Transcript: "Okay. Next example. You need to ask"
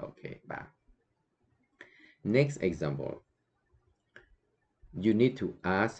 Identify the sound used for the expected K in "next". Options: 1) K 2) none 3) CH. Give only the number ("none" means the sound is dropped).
1